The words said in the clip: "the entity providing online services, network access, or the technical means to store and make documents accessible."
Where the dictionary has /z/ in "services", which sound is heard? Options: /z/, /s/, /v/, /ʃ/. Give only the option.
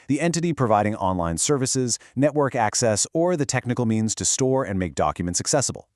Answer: /z/